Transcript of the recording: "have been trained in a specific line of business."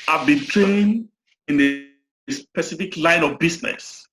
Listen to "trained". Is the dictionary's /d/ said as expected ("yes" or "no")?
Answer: no